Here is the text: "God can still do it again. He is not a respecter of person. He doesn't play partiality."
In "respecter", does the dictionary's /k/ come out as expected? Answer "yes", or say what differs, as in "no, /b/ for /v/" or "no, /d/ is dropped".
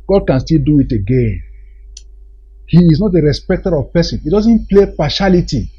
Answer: yes